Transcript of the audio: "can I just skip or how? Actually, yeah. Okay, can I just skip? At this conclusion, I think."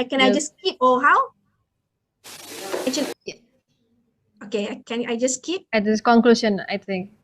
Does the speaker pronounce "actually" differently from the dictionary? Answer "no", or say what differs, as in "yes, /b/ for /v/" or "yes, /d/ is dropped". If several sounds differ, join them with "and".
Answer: yes, /k/ is dropped and /l/ is dropped